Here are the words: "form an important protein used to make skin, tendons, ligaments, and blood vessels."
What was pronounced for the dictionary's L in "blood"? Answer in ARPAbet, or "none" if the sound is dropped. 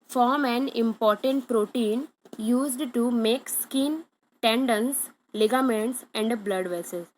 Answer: L